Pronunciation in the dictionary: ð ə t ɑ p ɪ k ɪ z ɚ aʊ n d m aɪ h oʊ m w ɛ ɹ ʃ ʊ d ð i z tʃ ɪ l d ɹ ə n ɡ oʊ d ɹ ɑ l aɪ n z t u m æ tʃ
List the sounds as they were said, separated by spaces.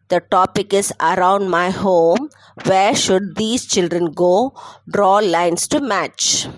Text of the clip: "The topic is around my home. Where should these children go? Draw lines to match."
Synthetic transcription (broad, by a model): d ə t ɑ p ɪ k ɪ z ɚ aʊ n d m aɪ h oʊ m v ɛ ɹ ʃ ʊ d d i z tʃ ɪ l d ɹ ə n ɡ oʊ d ɹ ɑ l aɪ n s t u m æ tʃ